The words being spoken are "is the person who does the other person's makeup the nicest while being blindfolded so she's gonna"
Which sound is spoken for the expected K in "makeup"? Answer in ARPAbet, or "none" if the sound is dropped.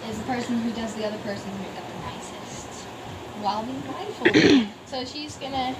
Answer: none